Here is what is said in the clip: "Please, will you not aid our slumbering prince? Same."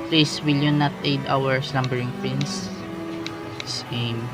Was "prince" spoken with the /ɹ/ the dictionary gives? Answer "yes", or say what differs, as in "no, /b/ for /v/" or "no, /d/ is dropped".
no, /ɹ/ is dropped